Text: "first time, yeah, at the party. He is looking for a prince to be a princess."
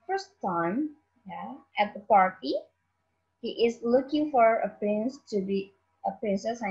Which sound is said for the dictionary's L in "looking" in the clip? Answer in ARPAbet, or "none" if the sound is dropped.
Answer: L